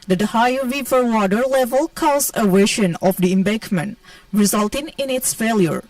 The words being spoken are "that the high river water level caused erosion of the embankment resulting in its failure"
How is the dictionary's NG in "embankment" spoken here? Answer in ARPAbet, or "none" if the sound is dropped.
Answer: none